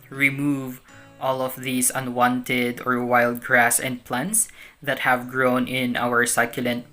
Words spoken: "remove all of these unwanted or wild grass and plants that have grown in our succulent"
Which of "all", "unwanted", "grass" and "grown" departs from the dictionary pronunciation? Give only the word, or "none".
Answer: none